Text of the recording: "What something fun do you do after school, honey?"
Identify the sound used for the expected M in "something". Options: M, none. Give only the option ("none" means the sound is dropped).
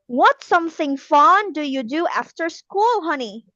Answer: M